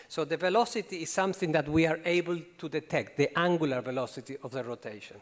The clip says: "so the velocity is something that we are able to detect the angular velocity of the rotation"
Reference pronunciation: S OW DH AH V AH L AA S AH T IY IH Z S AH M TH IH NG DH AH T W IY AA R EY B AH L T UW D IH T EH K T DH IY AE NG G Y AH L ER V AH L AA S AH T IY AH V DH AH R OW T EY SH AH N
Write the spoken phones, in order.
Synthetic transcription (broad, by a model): S OW DH AH V AH L AA S AH T IY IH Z S AH M TH IH NG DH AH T W IY AA R EY B AH L T UW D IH T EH K T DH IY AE NG G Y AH L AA V AH L AA S AH T IY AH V DH AH R OW T EY SH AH N